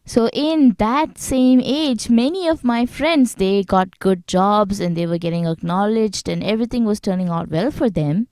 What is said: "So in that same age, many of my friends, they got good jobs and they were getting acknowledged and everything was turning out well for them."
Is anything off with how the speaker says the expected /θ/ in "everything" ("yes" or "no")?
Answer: yes